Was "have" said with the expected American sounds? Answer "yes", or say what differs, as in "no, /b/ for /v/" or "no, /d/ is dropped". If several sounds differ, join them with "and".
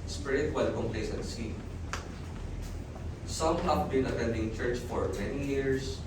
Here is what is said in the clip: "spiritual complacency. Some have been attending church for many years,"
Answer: no, /p/ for /v/